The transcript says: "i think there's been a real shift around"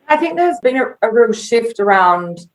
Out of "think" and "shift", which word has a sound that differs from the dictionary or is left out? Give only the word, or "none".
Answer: none